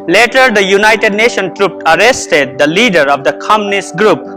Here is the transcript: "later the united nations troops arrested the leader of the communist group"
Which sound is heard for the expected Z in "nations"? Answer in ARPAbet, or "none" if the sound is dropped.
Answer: none